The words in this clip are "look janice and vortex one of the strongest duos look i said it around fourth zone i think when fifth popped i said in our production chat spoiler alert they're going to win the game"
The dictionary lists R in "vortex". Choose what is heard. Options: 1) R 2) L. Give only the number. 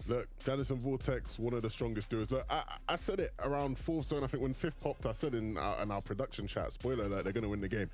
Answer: 2